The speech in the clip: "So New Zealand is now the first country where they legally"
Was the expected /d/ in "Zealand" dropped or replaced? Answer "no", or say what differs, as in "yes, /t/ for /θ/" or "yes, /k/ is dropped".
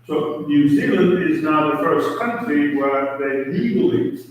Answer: yes, /d/ is dropped